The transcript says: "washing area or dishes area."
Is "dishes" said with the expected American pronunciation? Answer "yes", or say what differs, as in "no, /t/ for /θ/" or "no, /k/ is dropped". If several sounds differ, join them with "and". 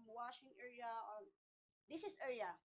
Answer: no, /s/ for /ʃ/ and /s/ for /z/